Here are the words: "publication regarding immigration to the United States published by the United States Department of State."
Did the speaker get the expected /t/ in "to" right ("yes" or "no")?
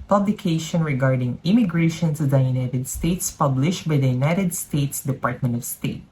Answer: no